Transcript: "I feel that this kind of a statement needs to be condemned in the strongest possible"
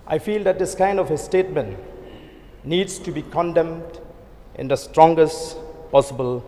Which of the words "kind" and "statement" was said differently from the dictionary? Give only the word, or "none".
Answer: none